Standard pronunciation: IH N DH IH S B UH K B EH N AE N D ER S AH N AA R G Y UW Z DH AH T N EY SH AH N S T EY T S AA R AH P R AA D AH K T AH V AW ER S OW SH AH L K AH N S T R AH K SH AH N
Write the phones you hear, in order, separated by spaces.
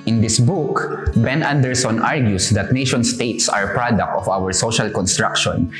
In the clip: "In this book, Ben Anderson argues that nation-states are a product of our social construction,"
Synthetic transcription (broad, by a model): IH N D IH S B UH K B EH N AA N D ER S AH N AA R G Y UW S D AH T N EY SH AH N S T EY T S AA R P R AA D AH K T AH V AW ER S OW SH AH L K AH N S T R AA K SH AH N